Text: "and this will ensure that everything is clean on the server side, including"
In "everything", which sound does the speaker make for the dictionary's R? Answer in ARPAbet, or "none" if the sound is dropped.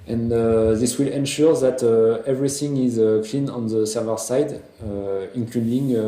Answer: R